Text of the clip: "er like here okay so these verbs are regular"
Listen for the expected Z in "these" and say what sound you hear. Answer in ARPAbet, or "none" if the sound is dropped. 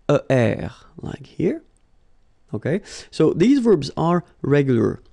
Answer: Z